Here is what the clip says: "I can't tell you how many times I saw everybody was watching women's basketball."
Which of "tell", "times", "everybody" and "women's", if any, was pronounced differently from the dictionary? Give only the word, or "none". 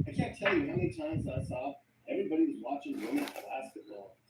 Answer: women's